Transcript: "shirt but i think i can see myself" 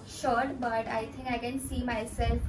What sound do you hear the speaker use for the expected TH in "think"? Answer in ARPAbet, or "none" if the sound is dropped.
T